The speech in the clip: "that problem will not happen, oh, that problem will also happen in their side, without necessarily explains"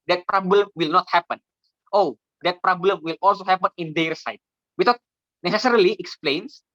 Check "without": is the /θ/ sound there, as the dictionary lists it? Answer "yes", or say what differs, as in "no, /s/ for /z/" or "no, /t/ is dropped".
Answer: no, /t/ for /θ/